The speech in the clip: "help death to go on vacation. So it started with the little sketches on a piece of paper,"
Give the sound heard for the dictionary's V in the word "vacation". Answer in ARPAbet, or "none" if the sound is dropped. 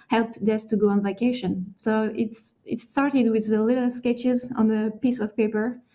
V